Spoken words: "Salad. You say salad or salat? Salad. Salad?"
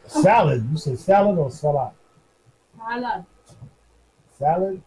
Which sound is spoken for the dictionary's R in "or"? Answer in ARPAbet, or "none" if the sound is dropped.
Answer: L